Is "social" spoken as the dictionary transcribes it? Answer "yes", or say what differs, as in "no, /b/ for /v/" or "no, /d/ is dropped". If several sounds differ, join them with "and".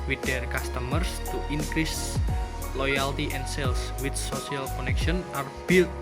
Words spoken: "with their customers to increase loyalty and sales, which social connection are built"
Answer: no, /s/ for /ʃ/